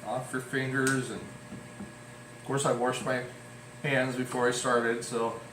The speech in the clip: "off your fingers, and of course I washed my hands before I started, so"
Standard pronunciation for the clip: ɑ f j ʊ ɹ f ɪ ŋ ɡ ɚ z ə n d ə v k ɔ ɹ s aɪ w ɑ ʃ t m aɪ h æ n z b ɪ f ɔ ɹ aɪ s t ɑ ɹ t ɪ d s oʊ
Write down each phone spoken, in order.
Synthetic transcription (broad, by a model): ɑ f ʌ ɹ f ɪ ŋ ɡ ɚ z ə n ə v k ɔ ɹ s aɪ w ɑ ʃ t m aɪ h æ n z b ɪ f ɔ ɹ aɪ s t ɑ ɹ t ɪ d s oʊ